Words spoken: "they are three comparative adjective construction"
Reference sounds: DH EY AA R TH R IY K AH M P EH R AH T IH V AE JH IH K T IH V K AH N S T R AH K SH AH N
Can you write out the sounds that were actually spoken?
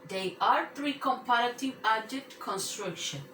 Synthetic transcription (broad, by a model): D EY AA R T R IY K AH M P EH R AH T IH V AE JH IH T K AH N S T R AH K SH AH N